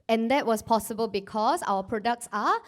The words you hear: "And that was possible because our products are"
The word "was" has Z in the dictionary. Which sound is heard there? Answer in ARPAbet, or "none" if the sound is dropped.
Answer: S